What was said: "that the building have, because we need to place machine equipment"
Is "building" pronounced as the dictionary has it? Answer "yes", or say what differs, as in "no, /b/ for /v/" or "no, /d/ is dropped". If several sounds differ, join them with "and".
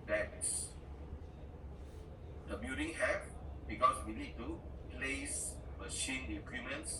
no, /l/ is dropped